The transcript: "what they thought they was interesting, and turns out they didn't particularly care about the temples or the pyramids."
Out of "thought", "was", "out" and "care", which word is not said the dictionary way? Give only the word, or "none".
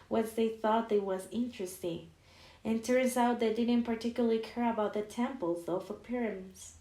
none